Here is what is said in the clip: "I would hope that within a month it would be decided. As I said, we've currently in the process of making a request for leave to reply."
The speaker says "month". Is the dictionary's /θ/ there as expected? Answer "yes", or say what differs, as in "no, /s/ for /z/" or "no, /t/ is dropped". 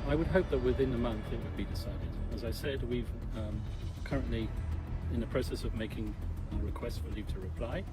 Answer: yes